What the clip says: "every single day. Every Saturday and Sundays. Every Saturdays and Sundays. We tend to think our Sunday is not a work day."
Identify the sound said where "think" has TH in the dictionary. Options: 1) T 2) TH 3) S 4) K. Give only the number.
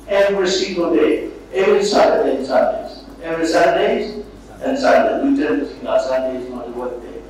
3